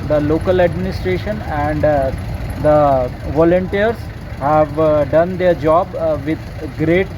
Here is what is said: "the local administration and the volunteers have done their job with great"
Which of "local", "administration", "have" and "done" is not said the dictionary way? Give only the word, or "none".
none